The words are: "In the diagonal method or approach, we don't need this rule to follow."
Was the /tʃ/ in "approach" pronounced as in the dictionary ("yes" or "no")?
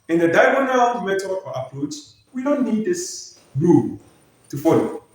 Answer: no